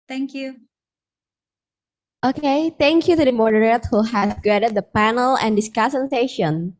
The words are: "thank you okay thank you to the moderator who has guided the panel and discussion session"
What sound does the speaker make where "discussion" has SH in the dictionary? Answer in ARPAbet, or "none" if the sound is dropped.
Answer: S